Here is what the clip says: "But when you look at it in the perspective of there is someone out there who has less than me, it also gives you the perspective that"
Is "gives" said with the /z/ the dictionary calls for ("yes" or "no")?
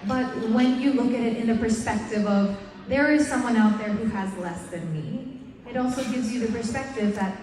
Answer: yes